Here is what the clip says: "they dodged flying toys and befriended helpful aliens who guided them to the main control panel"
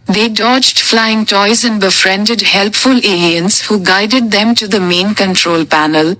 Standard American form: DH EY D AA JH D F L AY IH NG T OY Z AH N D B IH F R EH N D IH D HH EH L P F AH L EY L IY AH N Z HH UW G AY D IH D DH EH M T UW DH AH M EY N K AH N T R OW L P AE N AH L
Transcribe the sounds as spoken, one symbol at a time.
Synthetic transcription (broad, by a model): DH EY D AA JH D F L AY IH NG T OY Z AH N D B IH F R EH N D IH D HH EH L P F AH L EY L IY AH N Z HH UW G AY D IH D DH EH M T UW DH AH M EY N K AH N T R OW L P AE N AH L